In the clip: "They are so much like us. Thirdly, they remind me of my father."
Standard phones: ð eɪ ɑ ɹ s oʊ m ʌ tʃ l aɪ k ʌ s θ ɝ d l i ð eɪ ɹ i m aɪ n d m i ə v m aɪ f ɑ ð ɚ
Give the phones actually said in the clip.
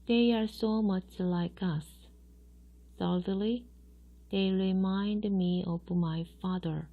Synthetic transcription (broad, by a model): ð eɪ ɑ ɹ s oʊ m ʌ tʃ l aɪ k ʌ s s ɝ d l i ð eɪ ɹ i m aɪ n d m i ə v m aɪ f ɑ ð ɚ